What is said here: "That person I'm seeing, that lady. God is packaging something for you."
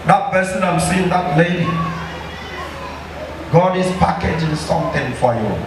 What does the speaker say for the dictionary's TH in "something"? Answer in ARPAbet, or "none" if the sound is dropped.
T